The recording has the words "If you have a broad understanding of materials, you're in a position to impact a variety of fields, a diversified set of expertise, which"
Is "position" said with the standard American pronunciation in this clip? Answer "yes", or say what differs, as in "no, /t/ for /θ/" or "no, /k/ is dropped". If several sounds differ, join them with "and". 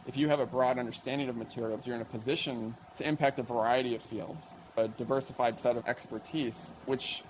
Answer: yes